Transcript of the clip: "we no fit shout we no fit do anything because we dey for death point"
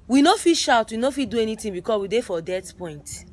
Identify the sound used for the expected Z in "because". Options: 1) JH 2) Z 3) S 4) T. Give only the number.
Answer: 3